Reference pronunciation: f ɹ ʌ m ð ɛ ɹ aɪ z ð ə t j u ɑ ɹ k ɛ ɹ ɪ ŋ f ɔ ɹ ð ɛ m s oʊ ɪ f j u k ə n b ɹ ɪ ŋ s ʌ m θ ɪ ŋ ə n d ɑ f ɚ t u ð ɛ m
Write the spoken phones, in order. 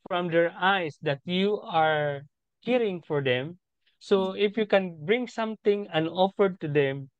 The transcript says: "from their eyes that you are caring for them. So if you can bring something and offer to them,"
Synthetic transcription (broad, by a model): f ɹ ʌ m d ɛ ɹ aɪ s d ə t j u ɑ ɹ k ɛ ɹ ɪ ŋ f ɔ ɹ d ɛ m s oʊ ɪ f j u k ə n b ɹ ɪ ŋ s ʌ m t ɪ ŋ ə n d ɑ f ɚ t u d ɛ m